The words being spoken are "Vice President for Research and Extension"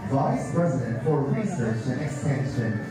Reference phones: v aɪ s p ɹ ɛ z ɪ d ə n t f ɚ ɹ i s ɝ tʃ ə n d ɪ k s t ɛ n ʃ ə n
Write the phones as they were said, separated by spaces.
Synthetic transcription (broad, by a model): v aɪ s p ɹ ɛ z ɪ d ə n t f ɚ ɹ i s ɝ tʃ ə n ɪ k s t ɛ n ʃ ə n